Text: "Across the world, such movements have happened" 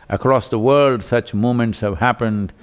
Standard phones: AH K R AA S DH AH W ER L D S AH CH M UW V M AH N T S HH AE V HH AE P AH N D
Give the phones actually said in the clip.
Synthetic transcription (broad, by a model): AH K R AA S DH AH W ER L D S AH CH M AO M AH N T S HH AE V HH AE P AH N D